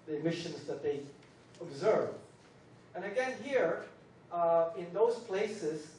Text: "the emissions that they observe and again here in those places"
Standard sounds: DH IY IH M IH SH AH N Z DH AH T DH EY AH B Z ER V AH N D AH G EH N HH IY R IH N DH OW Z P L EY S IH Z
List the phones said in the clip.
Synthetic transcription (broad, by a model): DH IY IH M IH SH AH N Z DH AH T DH EY AH B Z ER V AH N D AH G EH N HH IY R IH N DH OW Z P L EY S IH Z